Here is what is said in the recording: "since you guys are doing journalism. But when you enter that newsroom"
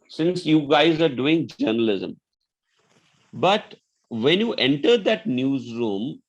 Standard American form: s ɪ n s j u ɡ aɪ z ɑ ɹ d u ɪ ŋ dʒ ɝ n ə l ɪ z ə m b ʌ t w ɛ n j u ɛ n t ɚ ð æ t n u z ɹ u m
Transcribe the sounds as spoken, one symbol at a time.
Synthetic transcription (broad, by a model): s ɪ n s j u ɡ aɪ z ɑ ɹ d u ɪ ŋ dʒ ɝ n ə l ɪ z ə m b ʌ t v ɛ n j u ɛ n t ɚ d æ t n u z ɹ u m